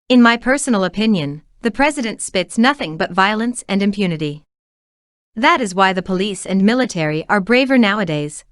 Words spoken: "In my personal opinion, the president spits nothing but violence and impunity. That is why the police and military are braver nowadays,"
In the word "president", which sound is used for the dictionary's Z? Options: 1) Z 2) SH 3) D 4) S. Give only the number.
1